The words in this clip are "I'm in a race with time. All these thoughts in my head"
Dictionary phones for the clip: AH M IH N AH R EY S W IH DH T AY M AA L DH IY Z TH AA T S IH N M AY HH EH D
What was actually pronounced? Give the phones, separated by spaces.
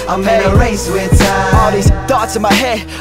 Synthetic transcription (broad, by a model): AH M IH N AH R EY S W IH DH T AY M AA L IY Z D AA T IH M AY HH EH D